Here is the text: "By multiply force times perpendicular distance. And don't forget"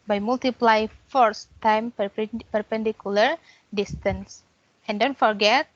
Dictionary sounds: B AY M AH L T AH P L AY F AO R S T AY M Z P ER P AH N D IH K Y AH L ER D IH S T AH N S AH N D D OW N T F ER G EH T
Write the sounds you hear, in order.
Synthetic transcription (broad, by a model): B AY M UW L T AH P L AY F AO R S T AY M P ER P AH N D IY K Y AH L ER D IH S T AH N S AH N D D OW N T F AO G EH T